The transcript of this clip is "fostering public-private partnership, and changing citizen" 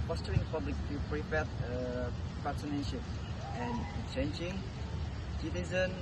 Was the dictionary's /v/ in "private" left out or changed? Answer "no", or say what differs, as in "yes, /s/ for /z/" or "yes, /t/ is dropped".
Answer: yes, /p/ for /v/